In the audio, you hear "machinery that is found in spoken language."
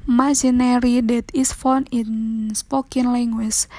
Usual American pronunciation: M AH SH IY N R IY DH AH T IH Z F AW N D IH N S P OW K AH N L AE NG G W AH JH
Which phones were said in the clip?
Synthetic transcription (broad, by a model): M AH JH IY N R IY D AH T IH S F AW N IH N S P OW K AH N L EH NG G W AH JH